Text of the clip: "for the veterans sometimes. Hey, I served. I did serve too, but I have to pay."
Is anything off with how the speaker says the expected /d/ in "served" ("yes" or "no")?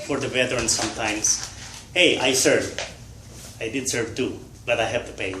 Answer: yes